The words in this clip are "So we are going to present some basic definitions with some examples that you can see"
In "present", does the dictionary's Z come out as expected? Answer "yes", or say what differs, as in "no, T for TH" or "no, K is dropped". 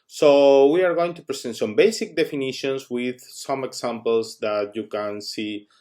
no, S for Z